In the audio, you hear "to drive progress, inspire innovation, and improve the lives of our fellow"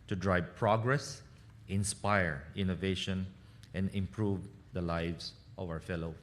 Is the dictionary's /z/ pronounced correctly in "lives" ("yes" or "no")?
no